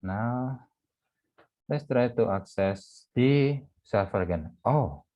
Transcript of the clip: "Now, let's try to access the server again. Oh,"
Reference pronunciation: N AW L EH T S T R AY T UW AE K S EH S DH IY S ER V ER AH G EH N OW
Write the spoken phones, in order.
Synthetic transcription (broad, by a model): N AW L EH T S T R AY T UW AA K S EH S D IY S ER F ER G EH N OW